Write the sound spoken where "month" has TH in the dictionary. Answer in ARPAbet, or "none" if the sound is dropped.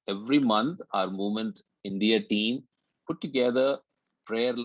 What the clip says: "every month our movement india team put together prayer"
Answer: T